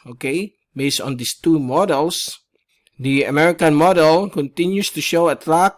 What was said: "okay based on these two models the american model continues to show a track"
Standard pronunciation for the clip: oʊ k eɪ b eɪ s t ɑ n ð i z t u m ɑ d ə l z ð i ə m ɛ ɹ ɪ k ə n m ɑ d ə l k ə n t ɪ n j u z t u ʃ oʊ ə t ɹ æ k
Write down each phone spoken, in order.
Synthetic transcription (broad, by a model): oʊ k eɪ b eɪ s t ɑ n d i s t u m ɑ d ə l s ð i ə m ɛ ɹ ɪ k ə n m ɑ d ə l k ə n t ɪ n j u s t u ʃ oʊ ə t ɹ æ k